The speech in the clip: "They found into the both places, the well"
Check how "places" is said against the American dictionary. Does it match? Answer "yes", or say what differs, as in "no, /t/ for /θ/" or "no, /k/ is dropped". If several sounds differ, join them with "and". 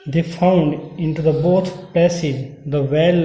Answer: no, /l/ is dropped